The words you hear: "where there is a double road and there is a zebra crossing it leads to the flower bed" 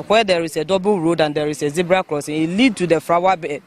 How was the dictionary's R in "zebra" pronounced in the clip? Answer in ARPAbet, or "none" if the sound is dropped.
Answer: R